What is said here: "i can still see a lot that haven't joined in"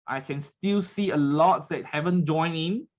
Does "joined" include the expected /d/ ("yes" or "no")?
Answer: no